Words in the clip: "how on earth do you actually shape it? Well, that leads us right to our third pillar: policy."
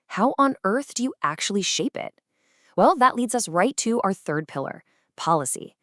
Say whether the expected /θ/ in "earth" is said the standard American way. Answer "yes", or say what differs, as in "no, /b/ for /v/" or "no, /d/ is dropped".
yes